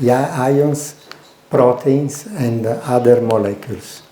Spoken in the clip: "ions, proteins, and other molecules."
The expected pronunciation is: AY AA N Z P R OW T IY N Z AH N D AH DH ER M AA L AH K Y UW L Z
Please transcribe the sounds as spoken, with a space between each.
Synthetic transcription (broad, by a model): AY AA N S P R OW T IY N S AH N D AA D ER M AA L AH K Y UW L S